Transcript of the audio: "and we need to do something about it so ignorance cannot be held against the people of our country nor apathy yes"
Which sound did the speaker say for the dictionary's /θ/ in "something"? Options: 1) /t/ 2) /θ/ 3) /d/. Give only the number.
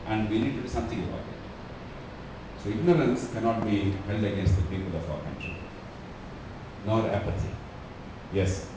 1